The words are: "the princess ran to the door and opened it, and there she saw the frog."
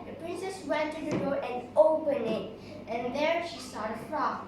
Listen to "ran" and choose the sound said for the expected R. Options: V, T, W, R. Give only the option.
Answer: W